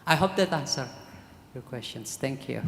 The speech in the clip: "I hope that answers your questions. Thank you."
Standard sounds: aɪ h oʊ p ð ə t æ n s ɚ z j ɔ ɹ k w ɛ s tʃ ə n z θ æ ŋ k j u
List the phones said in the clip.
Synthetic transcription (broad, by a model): aɪ h oʊ p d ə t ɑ n s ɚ j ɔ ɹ k w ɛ s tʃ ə n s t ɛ ŋ k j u